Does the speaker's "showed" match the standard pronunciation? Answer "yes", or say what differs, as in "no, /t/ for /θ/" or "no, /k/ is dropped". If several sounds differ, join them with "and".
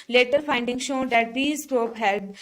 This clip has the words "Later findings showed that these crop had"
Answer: yes